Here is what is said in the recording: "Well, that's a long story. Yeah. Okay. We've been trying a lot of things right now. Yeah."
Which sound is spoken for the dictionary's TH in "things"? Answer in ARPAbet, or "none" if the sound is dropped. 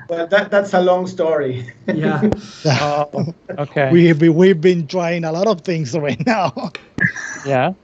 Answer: TH